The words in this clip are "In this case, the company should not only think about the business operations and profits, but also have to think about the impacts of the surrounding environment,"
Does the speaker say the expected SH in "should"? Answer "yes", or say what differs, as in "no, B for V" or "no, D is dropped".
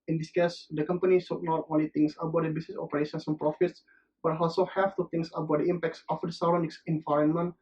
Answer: no, S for SH